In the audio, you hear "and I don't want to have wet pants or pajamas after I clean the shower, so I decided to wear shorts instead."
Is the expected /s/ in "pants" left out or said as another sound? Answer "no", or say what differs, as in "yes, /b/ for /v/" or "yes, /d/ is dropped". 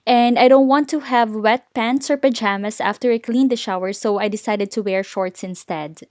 no